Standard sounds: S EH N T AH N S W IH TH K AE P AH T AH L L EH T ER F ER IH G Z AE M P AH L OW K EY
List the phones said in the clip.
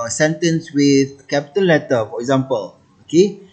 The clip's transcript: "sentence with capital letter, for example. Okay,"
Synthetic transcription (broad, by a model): S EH N T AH N S W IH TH K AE P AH T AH N L EH T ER F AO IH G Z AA M P AH L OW K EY